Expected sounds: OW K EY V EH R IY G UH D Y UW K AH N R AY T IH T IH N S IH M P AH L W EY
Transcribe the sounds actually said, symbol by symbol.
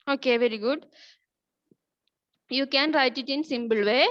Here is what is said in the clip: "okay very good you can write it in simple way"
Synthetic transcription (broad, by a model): OW K EY V EH R IY G UH D Y UW K AH N R AY T IH T IH N S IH M B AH L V EY